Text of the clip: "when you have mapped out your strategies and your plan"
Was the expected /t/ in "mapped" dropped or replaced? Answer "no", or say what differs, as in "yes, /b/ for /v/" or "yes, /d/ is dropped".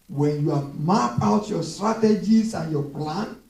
yes, /t/ is dropped